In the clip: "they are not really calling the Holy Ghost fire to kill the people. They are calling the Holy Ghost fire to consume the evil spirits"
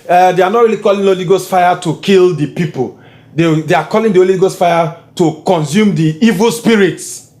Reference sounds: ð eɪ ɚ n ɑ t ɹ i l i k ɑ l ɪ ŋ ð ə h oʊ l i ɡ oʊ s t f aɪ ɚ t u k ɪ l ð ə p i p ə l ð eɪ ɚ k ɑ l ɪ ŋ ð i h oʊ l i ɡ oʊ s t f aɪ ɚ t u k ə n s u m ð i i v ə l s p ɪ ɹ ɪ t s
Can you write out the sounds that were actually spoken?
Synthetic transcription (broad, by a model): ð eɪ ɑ n ɑ t ɹ i l i k ɑ l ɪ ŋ oʊ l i ɡ oʊ s t f aɪ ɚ t u k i l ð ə p i p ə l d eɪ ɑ k ɑ l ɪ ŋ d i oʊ l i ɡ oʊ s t f aɪ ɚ t u k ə n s u m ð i i v ə l s p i ɹ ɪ t s